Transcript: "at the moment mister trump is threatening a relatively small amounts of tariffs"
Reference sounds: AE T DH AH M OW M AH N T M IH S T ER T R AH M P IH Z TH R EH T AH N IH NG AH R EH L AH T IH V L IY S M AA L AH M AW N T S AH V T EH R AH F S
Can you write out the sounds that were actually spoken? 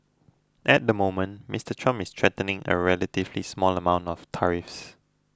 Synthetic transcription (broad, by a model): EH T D AH M OW M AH N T M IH S T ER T R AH M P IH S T R EH T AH N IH NG AH R EH L AH T IH V L IY S M AA L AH M AW N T AH F T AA R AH F S